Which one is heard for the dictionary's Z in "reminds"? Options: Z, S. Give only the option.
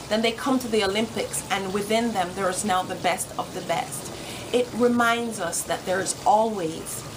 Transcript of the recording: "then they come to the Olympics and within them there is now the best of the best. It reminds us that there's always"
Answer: Z